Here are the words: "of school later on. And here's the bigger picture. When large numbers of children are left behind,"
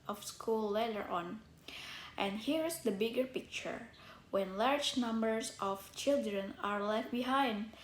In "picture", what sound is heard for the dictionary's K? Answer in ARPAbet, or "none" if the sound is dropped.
K